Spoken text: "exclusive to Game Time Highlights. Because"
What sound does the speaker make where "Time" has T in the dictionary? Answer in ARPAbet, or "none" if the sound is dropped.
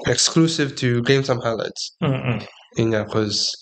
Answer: S